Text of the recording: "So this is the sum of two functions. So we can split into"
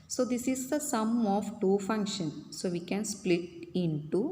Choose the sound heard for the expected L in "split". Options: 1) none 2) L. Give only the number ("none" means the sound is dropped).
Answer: 2